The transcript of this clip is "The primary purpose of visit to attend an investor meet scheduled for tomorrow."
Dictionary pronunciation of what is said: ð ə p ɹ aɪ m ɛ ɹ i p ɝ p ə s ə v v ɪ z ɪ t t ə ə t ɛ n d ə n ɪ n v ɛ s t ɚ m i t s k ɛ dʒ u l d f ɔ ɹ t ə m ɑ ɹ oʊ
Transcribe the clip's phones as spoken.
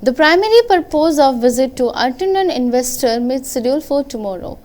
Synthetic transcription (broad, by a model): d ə p ɹ aɪ m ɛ ɹ i p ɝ p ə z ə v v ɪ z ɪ t t ə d t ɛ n ə n ɪ n v ɛ s t ɚ m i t s ɪ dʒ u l f ɔ ɹ t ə m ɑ ɹ oʊ